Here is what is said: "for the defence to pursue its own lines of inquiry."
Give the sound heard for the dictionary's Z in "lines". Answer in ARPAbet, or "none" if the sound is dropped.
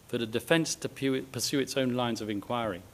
Z